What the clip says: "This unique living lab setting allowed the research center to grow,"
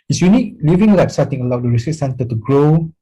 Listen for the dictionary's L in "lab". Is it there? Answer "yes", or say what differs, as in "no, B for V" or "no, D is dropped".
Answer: no, W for L